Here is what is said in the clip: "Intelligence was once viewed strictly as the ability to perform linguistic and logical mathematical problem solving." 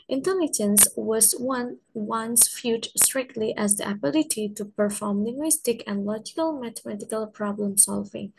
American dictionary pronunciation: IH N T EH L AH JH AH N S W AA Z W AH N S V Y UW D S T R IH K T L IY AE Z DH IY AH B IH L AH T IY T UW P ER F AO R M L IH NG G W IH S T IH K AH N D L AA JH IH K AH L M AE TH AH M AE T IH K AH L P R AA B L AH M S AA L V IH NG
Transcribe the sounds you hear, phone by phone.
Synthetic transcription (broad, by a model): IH N T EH L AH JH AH N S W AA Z W AH N S F Y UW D S T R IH K T L IY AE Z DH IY AH B IH L AH T IY T UW P ER F AO R M L IH NG G W IH S T IH K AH N L AA JH IH K AH L M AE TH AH M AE T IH K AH L P R AA B L AH M S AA L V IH NG